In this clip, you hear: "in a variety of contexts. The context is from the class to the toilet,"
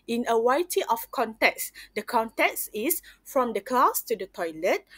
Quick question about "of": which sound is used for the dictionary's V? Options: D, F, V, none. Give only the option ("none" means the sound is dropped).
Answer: F